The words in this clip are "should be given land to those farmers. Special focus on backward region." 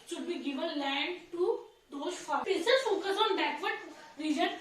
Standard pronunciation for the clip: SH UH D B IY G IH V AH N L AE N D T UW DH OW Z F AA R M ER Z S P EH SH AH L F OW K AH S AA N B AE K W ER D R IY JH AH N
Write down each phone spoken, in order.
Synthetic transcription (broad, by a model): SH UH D B IY G IH V AH N L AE N D T UW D OW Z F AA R IH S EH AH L F OW K AH S AA N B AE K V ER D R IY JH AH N